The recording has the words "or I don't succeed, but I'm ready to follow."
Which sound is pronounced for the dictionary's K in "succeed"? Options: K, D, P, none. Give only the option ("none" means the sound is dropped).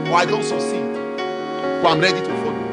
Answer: none